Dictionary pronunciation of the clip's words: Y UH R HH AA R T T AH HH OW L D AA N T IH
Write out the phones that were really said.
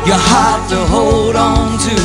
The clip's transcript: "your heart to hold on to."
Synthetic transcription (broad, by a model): Y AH HH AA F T T AH HH OW L D AA N T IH